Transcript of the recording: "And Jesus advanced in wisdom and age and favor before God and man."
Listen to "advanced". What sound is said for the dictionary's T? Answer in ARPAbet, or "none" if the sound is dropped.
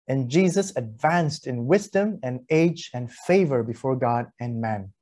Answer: T